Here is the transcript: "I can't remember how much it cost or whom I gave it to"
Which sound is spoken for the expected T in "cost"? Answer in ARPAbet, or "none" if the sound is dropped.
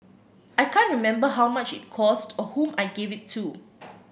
T